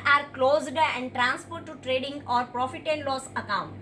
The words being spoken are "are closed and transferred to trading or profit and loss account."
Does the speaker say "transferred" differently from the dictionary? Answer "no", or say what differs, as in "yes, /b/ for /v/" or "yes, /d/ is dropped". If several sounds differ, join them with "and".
yes, /p/ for /f/